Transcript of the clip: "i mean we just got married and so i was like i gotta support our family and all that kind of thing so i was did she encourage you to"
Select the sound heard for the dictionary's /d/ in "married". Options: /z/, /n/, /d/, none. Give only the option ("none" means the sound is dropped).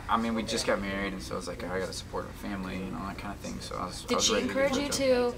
/d/